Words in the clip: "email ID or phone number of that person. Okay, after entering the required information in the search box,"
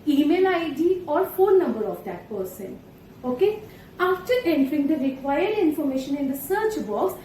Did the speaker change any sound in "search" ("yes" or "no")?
no